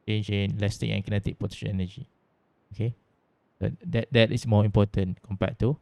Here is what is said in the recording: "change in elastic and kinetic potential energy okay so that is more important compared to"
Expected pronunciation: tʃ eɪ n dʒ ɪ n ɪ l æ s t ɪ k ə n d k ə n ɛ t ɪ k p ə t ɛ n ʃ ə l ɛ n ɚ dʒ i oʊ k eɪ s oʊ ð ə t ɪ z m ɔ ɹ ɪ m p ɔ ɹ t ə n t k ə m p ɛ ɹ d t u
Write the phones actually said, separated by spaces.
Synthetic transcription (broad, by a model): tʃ eɪ n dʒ ɪ n l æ s t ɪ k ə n k ə n ɛ t ɪ k p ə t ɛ ʃ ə n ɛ n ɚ dʒ i oʊ k eɪ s oʊ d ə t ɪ s m ɔ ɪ m p ɔ t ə n k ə m p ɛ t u